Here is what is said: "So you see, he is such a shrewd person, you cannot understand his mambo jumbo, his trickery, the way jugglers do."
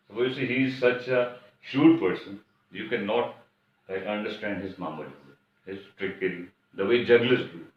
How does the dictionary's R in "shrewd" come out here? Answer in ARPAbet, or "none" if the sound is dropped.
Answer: none